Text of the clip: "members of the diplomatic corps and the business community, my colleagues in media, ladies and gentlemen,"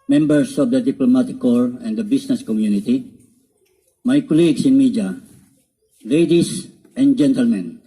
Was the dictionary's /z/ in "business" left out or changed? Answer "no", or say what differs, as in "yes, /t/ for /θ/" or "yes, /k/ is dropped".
yes, /s/ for /z/